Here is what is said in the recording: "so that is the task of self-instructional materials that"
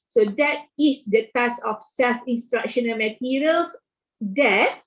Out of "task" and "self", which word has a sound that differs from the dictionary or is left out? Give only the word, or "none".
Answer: task